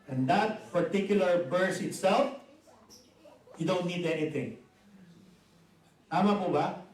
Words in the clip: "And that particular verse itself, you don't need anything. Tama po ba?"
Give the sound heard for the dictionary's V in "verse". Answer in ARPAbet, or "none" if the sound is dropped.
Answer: B